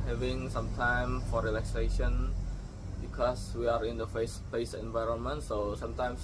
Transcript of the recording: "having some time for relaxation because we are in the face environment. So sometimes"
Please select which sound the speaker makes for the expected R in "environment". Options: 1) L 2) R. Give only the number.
2